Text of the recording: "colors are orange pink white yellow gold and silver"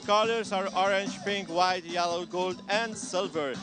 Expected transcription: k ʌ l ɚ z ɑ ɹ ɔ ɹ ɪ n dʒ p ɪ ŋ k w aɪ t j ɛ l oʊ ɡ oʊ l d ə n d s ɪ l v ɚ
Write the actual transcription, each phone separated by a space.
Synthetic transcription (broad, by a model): k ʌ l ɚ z ɑ ɹ ɔ ɹ ɪ n dʒ p ɪ ŋ k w aɪ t j ɛ l oʊ ɡ oʊ l d ə n d s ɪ l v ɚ